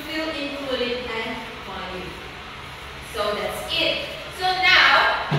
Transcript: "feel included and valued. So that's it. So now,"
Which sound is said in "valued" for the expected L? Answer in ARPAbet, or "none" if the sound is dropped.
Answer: none